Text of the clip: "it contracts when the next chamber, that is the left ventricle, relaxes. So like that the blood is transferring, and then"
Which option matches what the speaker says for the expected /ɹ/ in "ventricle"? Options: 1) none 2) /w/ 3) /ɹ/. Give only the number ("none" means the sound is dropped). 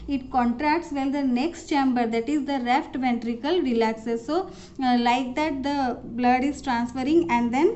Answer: 3